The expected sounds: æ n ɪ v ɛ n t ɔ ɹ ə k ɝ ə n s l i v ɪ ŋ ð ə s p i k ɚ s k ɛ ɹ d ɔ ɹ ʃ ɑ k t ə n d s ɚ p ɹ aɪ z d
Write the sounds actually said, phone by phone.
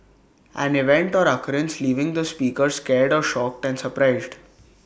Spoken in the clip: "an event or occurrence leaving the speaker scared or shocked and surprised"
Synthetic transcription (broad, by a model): æ n ɪ v ɛ n t ɔ ɹ ə k ɝ ə n s l i v ɪ ŋ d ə s p i k ɚ s k ɛ ɹ d ɔ ɹ ʃ ɑ k t ə n d s ɚ p ɹ aɪ z d